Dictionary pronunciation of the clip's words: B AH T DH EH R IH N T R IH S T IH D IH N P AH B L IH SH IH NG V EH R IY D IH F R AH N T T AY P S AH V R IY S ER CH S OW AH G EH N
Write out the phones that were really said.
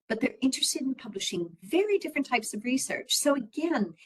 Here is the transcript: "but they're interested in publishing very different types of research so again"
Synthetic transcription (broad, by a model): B AH T DH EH R IH N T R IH S T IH D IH N P AH B L IH SH IH NG V EH R IY D IH F R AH N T T AY P S AH V R IY S ER CH S OW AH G EH N